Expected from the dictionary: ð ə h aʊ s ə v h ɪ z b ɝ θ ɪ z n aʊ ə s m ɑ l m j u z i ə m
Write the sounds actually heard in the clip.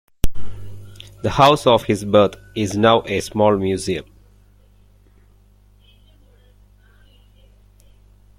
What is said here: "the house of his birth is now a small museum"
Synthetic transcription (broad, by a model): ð ə h aʊ s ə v h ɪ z b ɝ t ɪ z n aʊ ə s m ɑ l m j u z i ə m